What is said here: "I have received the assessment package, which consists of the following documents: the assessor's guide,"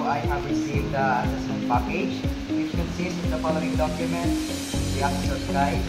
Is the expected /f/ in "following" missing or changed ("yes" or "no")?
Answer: yes